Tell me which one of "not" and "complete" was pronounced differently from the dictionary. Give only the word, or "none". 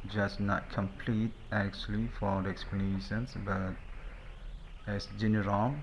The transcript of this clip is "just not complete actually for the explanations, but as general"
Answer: none